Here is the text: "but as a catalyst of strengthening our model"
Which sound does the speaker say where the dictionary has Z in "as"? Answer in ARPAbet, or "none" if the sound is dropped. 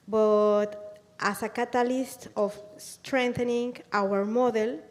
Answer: S